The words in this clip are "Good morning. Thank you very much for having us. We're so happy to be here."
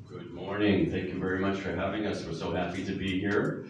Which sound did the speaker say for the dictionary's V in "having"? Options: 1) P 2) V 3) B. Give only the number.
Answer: 2